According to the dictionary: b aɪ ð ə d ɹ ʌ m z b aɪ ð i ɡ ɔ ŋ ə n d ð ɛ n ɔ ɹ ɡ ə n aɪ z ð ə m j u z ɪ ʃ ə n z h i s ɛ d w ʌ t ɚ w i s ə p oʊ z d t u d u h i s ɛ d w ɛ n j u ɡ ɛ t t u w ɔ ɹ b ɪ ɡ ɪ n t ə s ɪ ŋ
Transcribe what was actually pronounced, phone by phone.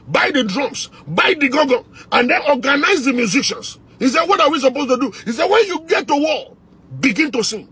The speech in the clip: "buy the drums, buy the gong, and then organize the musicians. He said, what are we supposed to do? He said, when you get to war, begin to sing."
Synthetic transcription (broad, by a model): b aɪ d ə d ɹ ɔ m s b aɪ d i ɡ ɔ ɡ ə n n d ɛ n ɔ ɡ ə n aɪ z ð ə m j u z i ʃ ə n s h i s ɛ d w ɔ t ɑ w i s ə p oʊ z t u d u h i s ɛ w ɛ n j u ɡ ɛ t t u w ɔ l b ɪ ɡ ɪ n t ə s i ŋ